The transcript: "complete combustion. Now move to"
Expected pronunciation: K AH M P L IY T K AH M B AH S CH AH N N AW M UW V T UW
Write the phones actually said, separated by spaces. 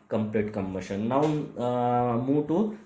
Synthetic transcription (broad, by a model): K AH M P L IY T K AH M AH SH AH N N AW M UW T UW